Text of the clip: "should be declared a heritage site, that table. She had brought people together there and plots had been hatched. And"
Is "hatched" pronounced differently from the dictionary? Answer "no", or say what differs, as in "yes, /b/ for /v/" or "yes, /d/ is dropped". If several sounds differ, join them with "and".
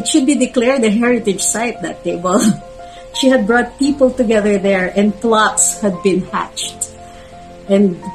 no